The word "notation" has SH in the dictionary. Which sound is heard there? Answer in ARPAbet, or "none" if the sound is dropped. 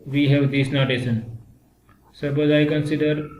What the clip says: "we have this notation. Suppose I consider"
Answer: S